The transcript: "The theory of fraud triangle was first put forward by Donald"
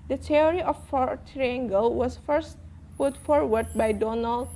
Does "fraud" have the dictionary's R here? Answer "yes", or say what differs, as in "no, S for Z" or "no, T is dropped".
no, R is dropped